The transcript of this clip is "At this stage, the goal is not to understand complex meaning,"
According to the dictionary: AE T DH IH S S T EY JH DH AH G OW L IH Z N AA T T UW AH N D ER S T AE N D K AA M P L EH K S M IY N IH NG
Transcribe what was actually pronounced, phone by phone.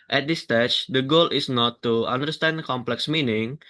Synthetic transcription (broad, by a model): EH T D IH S S T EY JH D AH G OW L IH S N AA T T UW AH N D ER S T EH N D K AA M P L EH K S M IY N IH NG